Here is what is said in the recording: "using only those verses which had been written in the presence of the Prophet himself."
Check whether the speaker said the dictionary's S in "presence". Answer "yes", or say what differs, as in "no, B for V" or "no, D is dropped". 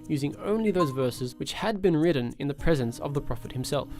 yes